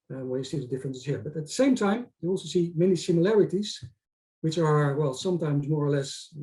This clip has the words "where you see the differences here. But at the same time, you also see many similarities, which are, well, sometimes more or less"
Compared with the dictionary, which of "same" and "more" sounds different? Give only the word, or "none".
none